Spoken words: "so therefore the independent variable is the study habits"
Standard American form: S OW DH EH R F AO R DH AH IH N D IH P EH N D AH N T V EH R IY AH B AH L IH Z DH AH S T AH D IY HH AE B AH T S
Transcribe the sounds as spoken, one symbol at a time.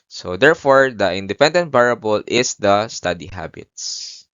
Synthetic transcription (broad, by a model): S OW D EH R F AO R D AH IH N D IH P EH N D AH N T B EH R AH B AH L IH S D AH S T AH D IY HH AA B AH T S